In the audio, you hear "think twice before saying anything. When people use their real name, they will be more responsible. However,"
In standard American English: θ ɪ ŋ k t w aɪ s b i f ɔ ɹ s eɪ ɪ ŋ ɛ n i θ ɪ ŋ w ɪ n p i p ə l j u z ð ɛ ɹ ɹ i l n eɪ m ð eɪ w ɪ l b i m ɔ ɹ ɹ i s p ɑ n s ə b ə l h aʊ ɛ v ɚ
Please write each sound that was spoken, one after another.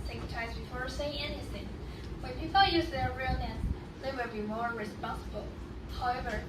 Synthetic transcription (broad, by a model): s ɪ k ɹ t aɪ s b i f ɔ ɹ s eɪ ɪ ŋ ɛ n i θ ɪ ŋ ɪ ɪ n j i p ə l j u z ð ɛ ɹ ɹ i l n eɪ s ð eɪ w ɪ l b i m ɔ ɹ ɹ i s p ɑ n s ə b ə l h aʊ ɛ v ɚ